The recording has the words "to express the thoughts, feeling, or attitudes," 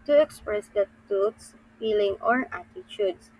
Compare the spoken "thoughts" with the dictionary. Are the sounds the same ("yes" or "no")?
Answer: no